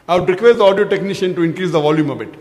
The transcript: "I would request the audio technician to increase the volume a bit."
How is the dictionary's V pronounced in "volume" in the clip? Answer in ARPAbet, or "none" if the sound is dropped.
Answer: V